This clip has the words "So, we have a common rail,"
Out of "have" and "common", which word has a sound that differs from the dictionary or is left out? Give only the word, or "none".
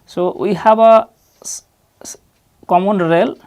have